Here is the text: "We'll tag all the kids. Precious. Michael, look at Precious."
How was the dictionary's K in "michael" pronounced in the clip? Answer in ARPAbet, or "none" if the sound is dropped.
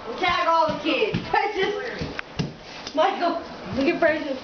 none